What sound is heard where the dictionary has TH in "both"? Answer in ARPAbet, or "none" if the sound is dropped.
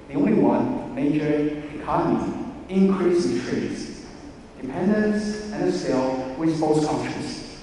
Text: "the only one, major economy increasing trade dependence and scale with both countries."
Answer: S